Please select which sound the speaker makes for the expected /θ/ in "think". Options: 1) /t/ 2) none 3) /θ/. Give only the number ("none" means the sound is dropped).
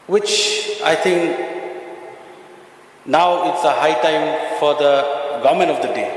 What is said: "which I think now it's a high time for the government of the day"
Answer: 1